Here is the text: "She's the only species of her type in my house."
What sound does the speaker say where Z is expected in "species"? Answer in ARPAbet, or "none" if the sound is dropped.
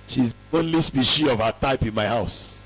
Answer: none